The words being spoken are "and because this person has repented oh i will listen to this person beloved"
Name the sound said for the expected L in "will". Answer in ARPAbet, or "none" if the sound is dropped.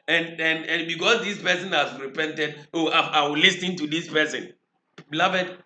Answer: W